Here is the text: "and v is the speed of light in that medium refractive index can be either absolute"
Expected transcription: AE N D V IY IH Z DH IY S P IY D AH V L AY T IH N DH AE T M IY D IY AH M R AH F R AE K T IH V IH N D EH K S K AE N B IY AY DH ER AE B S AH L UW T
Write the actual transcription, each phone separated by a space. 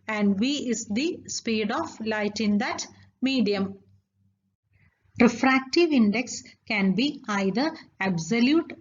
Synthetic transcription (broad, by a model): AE N D V IY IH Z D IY S P IY D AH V L AY T IH N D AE T M IY D IY AH M R AH F R AE K T IH V IH N D EH K S K AE N B IY AY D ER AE B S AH L UW T